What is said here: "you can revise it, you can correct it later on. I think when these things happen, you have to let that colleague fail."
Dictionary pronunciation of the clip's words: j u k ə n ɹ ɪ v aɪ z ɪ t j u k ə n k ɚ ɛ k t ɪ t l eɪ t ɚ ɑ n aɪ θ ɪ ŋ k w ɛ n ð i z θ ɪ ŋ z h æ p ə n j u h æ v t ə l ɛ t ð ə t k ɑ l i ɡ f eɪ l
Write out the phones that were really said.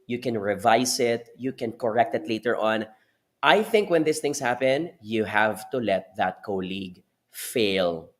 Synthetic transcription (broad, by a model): j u k ə n ɹ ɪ v aɪ s ɪ t j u k ə n k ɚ ɛ k t ɪ t l eɪ t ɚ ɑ n aɪ θ ɪ ŋ k w ɛ n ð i s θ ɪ ŋ s h æ p ə n j u h æ v t ə l ɛ t ð ə t k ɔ l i ɡ f eɪ l